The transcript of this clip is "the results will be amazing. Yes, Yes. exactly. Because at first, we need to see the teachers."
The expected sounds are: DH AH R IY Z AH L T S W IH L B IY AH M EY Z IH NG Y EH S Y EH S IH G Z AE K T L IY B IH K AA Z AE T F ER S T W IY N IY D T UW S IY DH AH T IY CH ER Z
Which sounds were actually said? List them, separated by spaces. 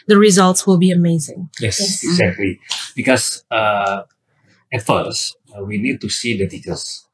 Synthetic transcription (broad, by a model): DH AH R IY Z AH L T S W IH L B IY AH M EY Z IH NG Y EH S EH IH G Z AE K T L IY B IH K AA S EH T F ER S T W IY N IY D T UW S IY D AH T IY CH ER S